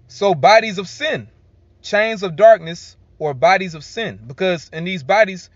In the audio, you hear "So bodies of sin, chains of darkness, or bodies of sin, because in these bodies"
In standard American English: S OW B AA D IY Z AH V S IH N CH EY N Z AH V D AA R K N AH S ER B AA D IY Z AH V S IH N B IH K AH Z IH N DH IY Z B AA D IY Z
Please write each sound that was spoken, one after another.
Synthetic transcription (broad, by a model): S OW B AA D IY Z AH V S IH N CH EY N Z AH V D AA R K N AH S ER B AA D IY Z AH V S IH N B IH K AH Z IH N DH IY Z B AA D IY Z